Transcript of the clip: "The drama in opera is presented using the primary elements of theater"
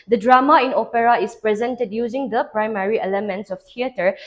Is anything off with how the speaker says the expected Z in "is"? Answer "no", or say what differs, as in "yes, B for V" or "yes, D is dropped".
yes, S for Z